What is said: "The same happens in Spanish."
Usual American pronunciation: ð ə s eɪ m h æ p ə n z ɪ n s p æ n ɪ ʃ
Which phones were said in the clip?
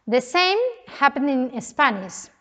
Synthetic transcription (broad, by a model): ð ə s eɪ m h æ p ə n ɪ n s p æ n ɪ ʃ